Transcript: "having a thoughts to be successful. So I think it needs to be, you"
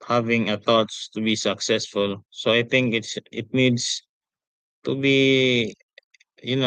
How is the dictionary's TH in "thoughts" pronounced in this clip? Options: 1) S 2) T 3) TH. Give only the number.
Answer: 2